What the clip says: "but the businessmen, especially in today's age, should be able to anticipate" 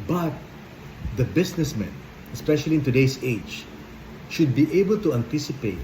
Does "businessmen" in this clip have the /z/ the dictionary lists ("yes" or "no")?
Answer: no